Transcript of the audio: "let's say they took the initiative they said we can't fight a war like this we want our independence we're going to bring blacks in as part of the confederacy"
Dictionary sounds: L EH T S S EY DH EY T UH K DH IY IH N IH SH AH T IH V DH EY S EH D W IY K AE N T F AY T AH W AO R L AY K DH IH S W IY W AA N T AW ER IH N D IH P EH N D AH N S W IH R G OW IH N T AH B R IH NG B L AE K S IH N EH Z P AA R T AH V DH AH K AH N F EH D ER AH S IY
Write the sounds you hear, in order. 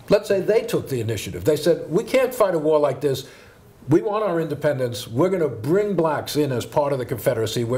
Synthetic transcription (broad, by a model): L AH T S S EY DH EY T UH K DH IY IH N IH SH AH T IH V DH EY S EH D W IY K AE N T F AY T AH W AO R L AY K DH IH S W IY W AA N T AW ER IH N D IH P EH N D AH N S W IH R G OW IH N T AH B R IH NG B L AE K S IH N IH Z P AA R T AH V DH AH K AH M F EH D ER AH S IY